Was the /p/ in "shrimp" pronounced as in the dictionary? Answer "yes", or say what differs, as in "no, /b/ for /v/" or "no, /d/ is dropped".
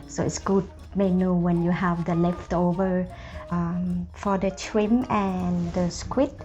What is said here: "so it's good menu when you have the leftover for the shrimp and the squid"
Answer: no, /p/ is dropped